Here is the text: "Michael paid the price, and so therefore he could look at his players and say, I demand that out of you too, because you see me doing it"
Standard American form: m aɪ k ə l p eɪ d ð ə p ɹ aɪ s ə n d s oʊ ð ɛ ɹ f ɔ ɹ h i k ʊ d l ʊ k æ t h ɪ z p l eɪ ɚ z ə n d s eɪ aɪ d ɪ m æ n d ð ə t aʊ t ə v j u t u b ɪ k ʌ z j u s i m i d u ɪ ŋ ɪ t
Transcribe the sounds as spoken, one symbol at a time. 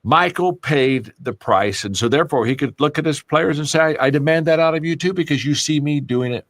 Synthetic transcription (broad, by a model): m aɪ k l p eɪ d ð ə p ɹ aɪ s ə n s oʊ ð ɛ ɹ f ɔ ɹ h i k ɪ d l ʊ k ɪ t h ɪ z p l eɪ ɚ z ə n s eɪ aɪ d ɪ m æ n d ð ə t aʊ t ə v j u t u b ɪ k ʌ z j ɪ s i m i d u ɪ ŋ ɪ t